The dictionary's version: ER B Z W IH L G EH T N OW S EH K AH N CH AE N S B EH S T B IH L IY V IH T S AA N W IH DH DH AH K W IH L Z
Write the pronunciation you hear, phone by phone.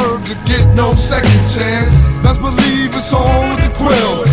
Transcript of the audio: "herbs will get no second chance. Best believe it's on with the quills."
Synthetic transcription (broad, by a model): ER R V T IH G EH T N OW S EH K AH N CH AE N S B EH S B IH L IY V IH S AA L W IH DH DH AH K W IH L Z